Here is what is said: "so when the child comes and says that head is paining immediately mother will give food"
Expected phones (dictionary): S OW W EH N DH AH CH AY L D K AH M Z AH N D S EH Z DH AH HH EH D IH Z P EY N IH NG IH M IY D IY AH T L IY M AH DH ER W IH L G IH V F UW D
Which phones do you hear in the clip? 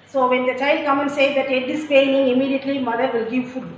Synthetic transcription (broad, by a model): S OW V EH N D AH CH AY L D K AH M AH N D S EH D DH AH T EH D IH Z P EY N IH NG IH M IY D IY AH T L IY M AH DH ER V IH L G IH V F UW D